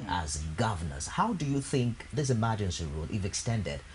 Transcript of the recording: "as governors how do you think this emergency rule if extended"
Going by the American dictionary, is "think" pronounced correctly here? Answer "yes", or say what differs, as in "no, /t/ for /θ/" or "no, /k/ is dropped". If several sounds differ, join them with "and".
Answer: yes